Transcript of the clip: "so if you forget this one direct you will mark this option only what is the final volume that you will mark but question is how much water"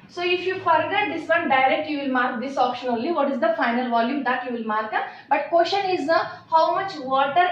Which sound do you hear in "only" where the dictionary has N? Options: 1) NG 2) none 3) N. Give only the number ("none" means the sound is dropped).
2